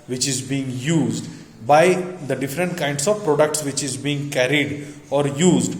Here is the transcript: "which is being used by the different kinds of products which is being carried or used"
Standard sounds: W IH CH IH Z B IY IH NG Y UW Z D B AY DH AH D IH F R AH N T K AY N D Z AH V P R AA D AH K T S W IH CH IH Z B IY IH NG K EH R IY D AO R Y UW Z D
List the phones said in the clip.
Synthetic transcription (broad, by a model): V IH CH IH Z B IY IH NG Y UW Z D B AY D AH D IH F R AH N T K AY N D S AH V P R AA D AH K T S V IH CH IH Z B IY IH NG K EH R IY D AO R Y UW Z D